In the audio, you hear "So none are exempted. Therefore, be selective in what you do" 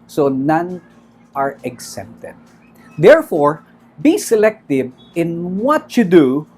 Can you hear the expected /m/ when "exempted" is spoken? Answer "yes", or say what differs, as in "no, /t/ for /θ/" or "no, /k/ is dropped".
no, /m/ is dropped